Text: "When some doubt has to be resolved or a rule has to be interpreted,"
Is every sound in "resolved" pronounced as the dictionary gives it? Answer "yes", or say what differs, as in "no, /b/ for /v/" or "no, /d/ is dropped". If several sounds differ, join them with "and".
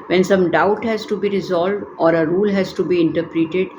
yes